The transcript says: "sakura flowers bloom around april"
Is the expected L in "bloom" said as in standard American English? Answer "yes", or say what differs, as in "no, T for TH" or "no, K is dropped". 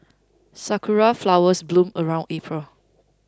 yes